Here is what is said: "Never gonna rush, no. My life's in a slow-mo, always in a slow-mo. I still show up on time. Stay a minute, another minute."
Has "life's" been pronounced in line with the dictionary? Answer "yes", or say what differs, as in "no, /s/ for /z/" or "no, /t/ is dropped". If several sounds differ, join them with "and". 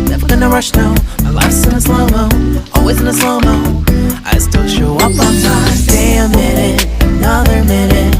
no, /f/ is dropped